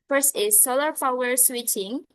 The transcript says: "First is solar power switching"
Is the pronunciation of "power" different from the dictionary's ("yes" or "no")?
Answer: yes